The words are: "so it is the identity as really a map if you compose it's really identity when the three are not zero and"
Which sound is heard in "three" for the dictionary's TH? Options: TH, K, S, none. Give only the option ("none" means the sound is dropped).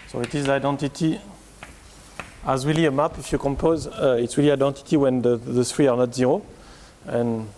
S